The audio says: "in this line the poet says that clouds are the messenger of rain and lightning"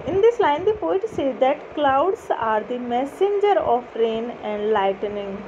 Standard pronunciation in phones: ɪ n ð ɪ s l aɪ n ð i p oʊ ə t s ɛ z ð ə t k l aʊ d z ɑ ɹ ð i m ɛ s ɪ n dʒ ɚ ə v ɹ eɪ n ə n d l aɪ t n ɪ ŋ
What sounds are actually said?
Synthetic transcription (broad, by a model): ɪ n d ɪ s l aɪ n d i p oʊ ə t s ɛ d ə t k l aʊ d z ɑ ɹ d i m ɛ s ɪ n dʒ ɚ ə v ɹ eɪ n ə n d l aɪ t n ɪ ŋ